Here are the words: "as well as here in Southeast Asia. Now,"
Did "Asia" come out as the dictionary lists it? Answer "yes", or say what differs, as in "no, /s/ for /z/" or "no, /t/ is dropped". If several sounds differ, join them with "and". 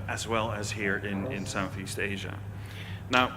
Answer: yes